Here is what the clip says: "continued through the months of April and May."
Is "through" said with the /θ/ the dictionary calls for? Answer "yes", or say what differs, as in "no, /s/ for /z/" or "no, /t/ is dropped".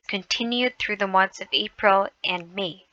yes